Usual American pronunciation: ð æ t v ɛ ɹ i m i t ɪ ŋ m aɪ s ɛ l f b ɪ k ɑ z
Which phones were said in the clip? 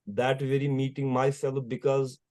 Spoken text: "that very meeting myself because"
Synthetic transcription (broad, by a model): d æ t v ɛ ɹ i m i t ɪ ŋ m aɪ s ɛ l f b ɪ k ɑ z